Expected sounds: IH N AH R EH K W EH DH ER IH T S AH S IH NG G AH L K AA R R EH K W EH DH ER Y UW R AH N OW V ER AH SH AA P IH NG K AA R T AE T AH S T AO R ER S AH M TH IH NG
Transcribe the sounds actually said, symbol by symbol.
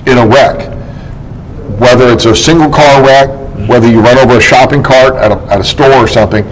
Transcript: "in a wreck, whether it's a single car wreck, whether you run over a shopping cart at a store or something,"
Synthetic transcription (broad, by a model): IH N AH W EH K W EH DH ER IH T S AH S IH NG G L K AA R W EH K W EH DH ER Y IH R AH N OW V ER AH SH AA P IH NG K AA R T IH T AH S T AO R ER S AH M TH IH NG